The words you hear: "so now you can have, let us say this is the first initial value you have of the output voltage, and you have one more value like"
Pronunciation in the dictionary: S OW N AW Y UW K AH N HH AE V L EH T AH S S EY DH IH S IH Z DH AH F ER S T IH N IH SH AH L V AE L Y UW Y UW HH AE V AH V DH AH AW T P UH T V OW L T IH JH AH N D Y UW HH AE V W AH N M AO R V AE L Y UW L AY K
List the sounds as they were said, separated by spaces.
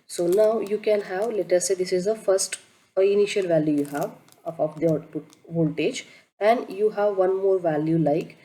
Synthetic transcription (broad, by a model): S OW N AW Y UW K AH N HH AE V L EH T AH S S EY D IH S IH Z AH F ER S T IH N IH SH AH L V AE L Y UW Y UW HH AE V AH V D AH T UW V OW L T IH JH AH N D Y UW HH AE V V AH N M AO R V AE L Y UW L AY K